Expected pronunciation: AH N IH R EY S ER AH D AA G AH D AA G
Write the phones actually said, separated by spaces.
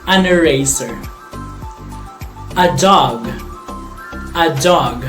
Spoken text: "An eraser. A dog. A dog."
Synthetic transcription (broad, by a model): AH N IH R EY S ER AH D AA G AH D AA G